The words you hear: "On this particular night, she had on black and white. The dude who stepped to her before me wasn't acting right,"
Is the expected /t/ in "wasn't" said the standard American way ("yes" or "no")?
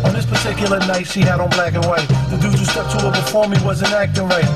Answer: no